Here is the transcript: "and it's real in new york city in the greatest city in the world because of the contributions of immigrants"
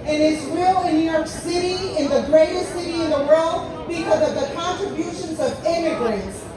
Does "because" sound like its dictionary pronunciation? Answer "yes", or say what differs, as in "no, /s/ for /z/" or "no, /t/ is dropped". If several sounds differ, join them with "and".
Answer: yes